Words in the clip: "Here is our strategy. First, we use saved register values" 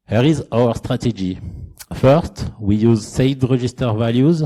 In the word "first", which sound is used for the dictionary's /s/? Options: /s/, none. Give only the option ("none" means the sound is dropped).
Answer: /s/